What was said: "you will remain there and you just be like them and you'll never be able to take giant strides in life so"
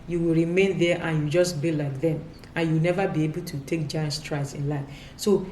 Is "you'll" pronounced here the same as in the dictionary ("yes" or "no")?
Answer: no